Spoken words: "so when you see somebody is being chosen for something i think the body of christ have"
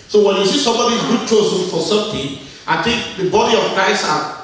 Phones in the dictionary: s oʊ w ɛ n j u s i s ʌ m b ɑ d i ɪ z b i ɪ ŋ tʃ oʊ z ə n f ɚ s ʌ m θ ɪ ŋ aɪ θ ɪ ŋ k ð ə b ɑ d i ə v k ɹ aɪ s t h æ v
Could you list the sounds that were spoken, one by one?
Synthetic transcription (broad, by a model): s oʊ w ɛ n j u s i s ʌ m b ɑ d i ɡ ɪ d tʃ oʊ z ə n f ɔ s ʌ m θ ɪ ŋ aɪ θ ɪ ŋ k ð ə b ɑ d i ə v k ɹ aɪ s t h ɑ